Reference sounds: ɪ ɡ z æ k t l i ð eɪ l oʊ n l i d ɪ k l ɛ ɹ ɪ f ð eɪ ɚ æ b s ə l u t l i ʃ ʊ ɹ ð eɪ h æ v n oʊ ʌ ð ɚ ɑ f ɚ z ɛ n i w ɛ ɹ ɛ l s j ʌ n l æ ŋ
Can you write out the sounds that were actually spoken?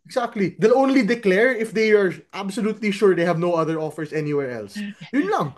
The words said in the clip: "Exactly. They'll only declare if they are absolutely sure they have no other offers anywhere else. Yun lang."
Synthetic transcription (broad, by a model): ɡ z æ k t l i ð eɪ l oʊ n l i d ɪ k l ɛ ɹ ɪ f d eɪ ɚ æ b s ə l u t l i ʃ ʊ ɹ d eɪ h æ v n oʊ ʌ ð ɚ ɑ f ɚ s ɛ n i w ɛ ɹ ɛ l s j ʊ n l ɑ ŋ